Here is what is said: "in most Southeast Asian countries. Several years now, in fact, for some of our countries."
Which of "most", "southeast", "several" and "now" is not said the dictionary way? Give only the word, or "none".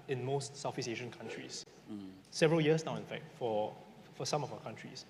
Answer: southeast